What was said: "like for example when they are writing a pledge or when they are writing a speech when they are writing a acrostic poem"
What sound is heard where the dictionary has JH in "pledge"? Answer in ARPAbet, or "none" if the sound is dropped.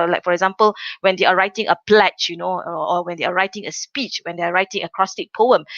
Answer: CH